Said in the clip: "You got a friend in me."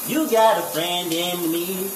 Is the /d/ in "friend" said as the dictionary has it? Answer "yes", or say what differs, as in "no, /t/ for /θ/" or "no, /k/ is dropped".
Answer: yes